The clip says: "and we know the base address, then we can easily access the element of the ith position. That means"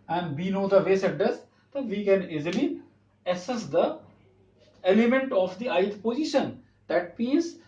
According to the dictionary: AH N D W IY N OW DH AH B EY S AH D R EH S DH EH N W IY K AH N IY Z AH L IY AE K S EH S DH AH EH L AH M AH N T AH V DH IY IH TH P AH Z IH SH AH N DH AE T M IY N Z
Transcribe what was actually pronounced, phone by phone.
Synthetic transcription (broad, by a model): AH N D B IY N OW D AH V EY S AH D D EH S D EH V IY K AH N IY Z AH L IY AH S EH S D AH EH L AH M AH N T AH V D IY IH T P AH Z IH SH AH N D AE T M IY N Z